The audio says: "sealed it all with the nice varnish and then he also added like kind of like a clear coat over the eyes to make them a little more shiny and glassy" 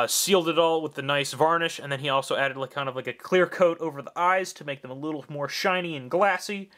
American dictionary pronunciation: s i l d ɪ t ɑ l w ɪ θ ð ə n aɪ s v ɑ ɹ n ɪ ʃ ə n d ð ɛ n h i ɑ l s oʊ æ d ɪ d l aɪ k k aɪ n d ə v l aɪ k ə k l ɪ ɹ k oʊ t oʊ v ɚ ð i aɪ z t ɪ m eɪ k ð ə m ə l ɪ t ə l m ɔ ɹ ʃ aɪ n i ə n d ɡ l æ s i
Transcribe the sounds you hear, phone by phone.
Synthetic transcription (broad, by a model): s i l d ɪ t ɑ l w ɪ ð ə n aɪ s v ɑ ɹ n ɪ ʃ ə n ð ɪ n i ɑ l s oʊ æ d ɪ d l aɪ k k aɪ n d ə v l aɪ k ə k l ɪ ɹ k oʊ t oʊ v ɚ ð i aɪ z t ɪ m eɪ k ð ə m ə l ɪ t l m ɔ ɹ ʃ aɪ n i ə n ɡ l æ s i